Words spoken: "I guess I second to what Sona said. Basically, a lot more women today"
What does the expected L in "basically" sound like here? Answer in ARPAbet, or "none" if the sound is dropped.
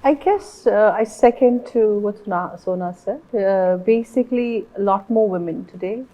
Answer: L